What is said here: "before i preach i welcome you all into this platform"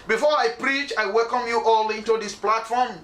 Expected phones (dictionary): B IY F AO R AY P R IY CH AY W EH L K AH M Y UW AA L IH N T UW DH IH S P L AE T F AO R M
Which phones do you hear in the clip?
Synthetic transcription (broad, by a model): B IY F AO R AY P R IY CH AY W EH L K AH M Y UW AA L IH N T UW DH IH S P L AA T F AO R M